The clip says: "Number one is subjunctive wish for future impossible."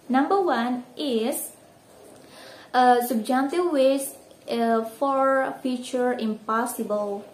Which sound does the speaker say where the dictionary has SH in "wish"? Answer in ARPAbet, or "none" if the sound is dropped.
S